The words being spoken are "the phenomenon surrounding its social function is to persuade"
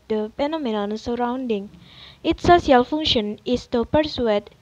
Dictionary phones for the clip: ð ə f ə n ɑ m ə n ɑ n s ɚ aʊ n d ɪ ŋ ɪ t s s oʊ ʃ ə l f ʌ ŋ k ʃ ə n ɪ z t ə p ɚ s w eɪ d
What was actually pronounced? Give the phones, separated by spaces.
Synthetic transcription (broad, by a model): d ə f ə n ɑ m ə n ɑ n s ɚ aʊ n d ɪ ŋ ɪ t s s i ə l f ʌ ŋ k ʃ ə n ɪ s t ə p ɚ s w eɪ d